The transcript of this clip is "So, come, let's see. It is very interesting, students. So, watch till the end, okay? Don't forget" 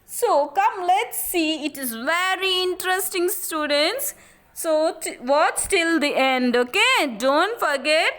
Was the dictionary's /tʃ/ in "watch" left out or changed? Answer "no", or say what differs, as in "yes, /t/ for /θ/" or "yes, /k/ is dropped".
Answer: yes, /s/ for /tʃ/